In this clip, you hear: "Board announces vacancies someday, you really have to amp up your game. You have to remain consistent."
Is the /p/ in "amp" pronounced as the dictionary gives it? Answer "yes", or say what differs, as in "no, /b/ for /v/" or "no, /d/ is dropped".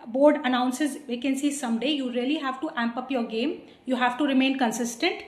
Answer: yes